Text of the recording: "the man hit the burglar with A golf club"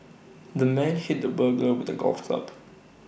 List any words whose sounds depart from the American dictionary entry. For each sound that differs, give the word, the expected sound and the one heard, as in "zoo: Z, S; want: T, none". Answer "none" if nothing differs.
burglar: L, none